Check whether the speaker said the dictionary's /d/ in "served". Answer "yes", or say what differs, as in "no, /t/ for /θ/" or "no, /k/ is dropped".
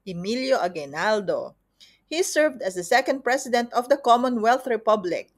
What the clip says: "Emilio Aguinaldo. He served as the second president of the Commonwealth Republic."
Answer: yes